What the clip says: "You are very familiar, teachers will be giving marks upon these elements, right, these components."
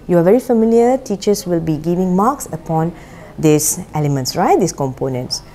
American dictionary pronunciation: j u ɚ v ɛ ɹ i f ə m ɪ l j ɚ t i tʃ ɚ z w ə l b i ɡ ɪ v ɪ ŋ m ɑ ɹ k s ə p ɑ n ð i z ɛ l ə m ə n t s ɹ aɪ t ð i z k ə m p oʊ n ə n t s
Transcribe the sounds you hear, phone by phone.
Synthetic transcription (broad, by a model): j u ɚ v ɛ ɹ i f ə m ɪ l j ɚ t i tʃ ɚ s w ə l b i ɡ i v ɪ ŋ m ɑ k s ə p ɑ n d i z ɛ l ə m ə n t s ɹ aɪ t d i s k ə m p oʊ n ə n t s